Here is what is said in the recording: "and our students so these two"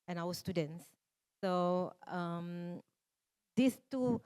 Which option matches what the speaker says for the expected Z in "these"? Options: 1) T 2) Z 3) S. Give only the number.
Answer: 3